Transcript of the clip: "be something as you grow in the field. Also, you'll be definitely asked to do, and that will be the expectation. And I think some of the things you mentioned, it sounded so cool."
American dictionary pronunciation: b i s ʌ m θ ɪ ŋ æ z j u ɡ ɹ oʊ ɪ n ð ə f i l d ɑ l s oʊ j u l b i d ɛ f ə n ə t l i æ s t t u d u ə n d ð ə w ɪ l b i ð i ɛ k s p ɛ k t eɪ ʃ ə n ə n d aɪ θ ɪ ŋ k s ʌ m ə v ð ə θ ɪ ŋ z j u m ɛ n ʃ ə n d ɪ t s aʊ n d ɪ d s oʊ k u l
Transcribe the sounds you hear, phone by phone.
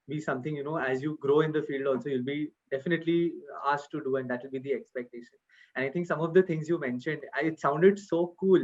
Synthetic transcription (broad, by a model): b i s ʌ m t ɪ ŋ æ z j u ɡ ɹ oʊ ɪ n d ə f i l d ɑ l s oʊ j u l b i d ɛ f ə n ə t l i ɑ s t t u d u ə n d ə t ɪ l b i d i ɛ k s p ɛ k t eɪ ʃ ə n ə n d aɪ t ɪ ŋ k s ʌ m ə v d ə t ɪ ŋ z j u m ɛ n ʃ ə n d ɪ t s aʊ n d ɪ d s oʊ k u l